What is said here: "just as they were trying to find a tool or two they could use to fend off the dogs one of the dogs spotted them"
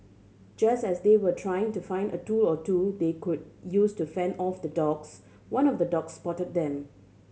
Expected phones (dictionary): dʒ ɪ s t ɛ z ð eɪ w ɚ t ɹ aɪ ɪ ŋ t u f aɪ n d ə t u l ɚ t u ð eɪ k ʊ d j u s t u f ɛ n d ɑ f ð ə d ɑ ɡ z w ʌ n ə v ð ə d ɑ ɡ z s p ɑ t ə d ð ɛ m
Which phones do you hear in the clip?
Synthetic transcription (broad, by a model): dʒ ɪ s t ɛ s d eɪ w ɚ t ɹ aɪ ɪ ŋ t u f aɪ n d ə t u l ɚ t u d eɪ k ʊ d j u s t u f ɛ n d ɑ f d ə d ɑ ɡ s w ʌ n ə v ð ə d ɑ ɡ s p ɑ t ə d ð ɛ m